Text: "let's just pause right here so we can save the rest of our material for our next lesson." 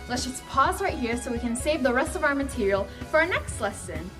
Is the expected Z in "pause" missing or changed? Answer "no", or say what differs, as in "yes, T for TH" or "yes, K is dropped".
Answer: no